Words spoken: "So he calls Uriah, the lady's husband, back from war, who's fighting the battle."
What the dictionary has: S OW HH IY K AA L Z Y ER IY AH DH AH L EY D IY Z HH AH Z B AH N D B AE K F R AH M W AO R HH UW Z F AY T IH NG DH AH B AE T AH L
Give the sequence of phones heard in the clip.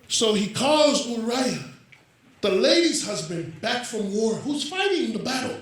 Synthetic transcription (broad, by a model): S OW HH IY K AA Z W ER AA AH DH AH L EY D IY Z HH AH Z B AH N B AE K F R AH M W AO R HH UW Z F AY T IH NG DH AH B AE T L